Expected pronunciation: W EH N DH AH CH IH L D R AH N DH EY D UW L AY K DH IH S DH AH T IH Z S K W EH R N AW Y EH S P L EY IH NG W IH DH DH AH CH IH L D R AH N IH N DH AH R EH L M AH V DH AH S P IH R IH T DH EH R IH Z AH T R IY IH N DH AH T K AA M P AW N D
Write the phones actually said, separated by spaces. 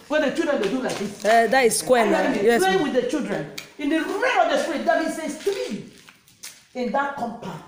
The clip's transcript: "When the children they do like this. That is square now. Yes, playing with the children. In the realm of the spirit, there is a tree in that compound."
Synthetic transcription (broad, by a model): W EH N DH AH CH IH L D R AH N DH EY D UW L AY K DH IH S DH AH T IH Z S K W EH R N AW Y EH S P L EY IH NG W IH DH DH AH CH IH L D R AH N IH N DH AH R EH M AH V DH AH S P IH R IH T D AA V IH S AH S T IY IH N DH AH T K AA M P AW